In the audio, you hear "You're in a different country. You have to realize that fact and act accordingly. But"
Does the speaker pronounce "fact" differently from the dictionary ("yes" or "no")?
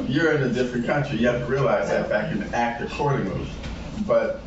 yes